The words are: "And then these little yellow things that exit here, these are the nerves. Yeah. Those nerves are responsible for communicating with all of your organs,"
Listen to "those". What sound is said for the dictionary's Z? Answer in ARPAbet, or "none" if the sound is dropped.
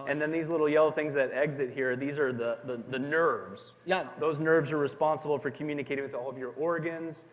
Z